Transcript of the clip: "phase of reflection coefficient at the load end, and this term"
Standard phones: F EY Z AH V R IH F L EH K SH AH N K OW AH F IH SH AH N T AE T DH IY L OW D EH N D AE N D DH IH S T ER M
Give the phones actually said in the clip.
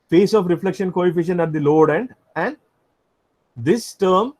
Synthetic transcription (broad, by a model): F EY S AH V R IH F L EH K SH AH N K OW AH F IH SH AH N AE T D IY L OW D EH N D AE N D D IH S T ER M